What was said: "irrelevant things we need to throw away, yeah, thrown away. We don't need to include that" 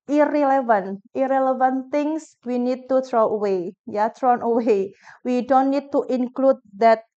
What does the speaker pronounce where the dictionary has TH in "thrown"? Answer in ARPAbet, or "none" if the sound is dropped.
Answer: T